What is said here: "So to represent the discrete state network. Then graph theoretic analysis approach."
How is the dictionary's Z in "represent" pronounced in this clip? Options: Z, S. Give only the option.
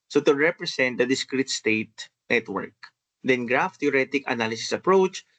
S